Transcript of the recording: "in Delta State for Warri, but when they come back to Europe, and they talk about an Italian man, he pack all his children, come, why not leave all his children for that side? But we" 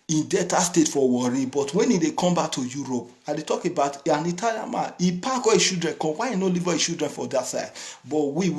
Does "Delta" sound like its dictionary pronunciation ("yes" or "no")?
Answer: no